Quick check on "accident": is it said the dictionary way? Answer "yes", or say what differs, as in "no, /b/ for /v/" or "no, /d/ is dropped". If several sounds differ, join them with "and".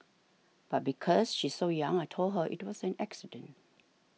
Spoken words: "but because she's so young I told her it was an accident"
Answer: yes